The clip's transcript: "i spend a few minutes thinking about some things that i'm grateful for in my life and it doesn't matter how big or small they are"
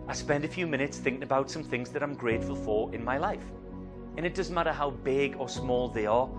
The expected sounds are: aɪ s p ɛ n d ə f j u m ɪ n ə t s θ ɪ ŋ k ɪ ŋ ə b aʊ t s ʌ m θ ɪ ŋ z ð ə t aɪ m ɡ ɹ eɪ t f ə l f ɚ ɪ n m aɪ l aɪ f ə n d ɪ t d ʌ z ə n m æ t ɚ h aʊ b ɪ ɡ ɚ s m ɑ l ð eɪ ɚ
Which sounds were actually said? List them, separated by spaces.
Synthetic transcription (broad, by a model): aɪ s p ɛ n d ə f j u m ɪ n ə t s θ ɪ ŋ k ɪ ŋ ə b aʊ t s ʌ m θ ɪ ŋ z ð ə t aɪ m ɡ ɹ eɪ t f ə l f ɚ ɪ n m aɪ l aɪ f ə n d ɪ t d ʌ z ə n m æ t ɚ h aʊ b ɪ ɡ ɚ s m ɑ l ð eɪ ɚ